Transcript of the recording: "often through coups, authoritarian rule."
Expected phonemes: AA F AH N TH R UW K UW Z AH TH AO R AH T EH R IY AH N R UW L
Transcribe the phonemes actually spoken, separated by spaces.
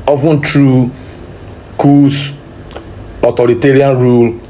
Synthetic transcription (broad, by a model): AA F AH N T R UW K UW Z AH T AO R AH T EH R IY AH N R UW L